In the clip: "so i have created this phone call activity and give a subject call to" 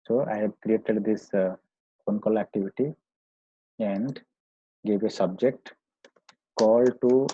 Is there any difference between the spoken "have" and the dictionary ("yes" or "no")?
yes